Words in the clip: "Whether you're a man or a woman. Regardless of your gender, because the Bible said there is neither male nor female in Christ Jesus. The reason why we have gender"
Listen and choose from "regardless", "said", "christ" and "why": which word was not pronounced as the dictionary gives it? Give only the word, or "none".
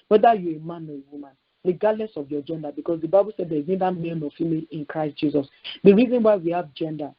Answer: regardless